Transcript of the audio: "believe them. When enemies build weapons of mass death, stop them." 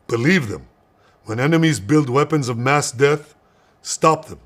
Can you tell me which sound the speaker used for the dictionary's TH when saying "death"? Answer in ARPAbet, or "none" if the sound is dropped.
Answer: TH